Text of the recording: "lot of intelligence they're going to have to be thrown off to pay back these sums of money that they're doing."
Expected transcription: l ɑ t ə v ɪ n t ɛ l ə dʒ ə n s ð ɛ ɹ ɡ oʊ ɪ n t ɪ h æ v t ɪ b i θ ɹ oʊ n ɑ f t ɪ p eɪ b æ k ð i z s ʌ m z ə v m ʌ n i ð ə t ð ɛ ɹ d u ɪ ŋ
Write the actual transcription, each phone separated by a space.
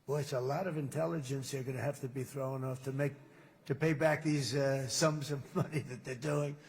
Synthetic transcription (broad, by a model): l ɑ t ə v ɪ n t ɛ l ə dʒ ə n s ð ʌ ɹ ɡ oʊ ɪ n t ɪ h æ f t ɪ b i θ ɹ oʊ n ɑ f t ɪ p eɪ b æ k ð i z s ʌ m z ə v m ʌ n i ð ə t ð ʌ ɹ d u ɪ ŋ